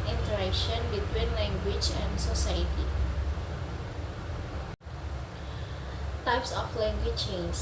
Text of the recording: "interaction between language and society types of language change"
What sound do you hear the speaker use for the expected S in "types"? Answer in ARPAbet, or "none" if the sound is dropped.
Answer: S